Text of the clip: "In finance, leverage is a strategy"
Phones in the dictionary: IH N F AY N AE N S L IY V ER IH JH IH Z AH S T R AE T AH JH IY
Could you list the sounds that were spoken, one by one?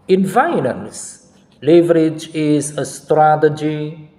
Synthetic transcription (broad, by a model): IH N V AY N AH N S L IY V ER IH JH IH Z AH S T R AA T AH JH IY